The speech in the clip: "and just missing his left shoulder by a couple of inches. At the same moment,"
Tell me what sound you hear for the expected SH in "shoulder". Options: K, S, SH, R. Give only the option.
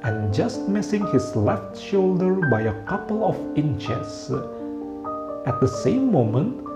SH